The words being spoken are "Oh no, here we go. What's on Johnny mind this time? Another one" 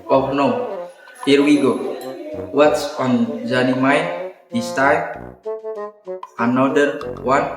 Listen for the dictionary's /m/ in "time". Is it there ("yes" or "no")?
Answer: no